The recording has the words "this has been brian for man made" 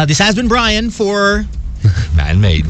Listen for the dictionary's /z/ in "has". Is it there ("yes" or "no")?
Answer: yes